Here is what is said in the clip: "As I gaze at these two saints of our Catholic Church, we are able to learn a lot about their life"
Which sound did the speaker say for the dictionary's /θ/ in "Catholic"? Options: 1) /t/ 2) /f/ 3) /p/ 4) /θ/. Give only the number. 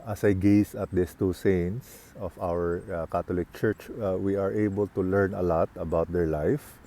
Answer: 1